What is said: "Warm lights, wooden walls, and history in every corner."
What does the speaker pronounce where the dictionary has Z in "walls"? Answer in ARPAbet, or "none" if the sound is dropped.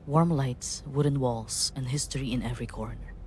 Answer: S